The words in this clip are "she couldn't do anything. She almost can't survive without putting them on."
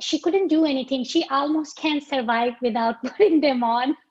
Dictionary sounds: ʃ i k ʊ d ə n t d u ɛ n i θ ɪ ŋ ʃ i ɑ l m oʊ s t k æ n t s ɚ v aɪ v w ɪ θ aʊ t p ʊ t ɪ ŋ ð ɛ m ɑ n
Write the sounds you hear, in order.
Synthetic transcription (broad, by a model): ʃ i k ʊ d ə n t d u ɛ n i t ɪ ŋ ʃ i ɑ l m oʊ s t k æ n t s ɚ v aɪ v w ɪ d aʊ t b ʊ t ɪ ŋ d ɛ m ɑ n